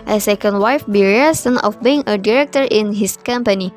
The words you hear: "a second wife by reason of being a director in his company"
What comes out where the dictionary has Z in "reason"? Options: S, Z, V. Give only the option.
S